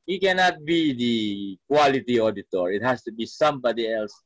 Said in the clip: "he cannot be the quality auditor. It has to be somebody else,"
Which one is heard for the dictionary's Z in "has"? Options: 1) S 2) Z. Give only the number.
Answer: 1